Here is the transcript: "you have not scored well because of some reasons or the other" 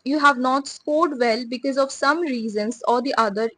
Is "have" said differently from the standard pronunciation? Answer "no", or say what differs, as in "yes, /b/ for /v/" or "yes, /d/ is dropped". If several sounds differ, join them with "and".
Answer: no